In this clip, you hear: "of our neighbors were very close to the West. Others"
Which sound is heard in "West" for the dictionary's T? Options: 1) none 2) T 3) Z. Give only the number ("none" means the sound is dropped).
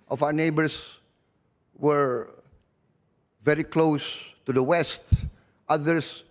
2